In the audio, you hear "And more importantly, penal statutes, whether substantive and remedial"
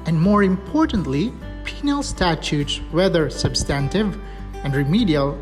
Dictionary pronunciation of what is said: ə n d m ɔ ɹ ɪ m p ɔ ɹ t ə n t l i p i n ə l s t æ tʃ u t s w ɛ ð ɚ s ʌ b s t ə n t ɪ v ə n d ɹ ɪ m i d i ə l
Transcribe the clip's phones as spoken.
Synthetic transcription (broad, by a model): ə n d m ɔ ɹ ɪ m p ɔ ɹ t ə n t l i p i n ə l s t æ tʃ u t s w ɛ ð ɚ s ʌ b s t ə n t ɪ v ə n d ɹ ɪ m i d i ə l